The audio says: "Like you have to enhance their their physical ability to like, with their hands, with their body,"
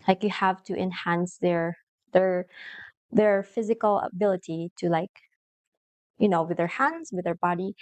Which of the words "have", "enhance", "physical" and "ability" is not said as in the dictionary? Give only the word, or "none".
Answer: none